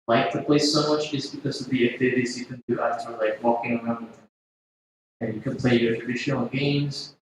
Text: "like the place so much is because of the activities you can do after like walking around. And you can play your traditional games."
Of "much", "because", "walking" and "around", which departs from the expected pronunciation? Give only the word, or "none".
none